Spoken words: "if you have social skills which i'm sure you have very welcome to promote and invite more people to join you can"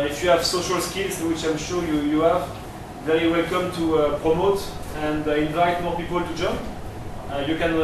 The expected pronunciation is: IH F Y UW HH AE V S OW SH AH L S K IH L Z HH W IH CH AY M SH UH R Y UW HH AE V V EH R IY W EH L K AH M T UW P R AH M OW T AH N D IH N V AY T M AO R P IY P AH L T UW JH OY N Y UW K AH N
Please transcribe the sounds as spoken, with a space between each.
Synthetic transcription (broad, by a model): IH F Y UW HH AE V S OW SH AH L S K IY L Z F W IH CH AY M SH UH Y Y UW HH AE V V EH R IY W EH L K AH M T UW P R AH M OW T AH N D IH N V AY T M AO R P IY P AH L T UW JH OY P Y UW K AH N